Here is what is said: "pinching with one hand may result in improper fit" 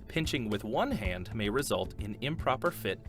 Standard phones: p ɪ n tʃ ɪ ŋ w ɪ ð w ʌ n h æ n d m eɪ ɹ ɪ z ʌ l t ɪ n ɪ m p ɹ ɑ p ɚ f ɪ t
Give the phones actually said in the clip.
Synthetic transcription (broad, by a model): p ɪ n tʃ ɪ ŋ w ɪ ð w ʌ n h æ n d m eɪ ɹ ɪ z ʌ l t ɪ n ɪ m p ɹ ɑ p ɚ f ɪ t